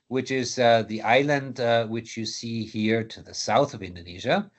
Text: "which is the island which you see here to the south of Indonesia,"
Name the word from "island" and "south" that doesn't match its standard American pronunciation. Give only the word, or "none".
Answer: none